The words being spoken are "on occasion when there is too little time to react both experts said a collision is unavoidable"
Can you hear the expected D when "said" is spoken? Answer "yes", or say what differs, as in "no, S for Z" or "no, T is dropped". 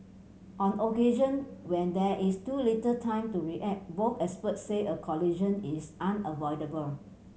no, D is dropped